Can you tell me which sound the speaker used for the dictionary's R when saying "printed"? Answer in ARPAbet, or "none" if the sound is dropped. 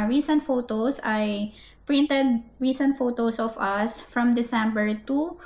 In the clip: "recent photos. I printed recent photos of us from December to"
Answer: R